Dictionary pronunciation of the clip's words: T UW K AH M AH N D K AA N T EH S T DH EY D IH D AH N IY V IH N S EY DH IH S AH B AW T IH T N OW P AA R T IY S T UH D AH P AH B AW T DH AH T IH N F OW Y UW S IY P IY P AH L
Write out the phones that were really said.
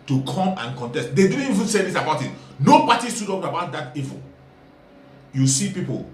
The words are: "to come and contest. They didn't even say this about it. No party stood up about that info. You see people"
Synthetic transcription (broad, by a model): T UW K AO M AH N K AA N T EH S T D EY D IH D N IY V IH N S EY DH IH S AH B AW T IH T N OW P AA T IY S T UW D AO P AH B AW T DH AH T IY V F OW Y UW S IY P IY P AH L